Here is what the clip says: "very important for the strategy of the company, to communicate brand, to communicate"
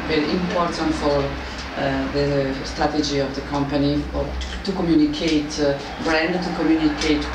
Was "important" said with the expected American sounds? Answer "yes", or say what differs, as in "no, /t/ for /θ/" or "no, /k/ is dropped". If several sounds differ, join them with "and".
yes